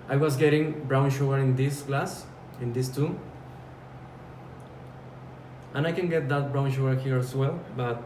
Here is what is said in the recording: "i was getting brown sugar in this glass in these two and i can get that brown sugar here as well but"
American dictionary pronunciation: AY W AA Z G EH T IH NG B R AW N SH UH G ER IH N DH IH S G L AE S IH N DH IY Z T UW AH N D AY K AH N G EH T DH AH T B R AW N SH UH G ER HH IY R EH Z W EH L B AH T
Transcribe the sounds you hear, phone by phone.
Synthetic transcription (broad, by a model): AY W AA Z G EH T IH NG B R AW N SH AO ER IH N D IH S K L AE S IH N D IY S T UW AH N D AY K AH N G EH T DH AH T B R AW N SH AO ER HH IY R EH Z W EH L B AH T